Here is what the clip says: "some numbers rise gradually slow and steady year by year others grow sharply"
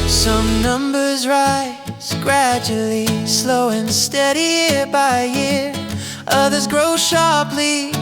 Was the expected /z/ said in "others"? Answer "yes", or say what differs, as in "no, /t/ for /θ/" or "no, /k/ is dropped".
yes